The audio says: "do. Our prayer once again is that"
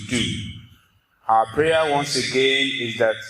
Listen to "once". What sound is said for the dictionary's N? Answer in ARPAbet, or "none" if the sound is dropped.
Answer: N